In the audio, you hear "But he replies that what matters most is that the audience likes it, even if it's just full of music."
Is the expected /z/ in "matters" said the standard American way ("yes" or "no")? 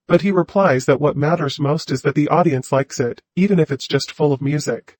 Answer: yes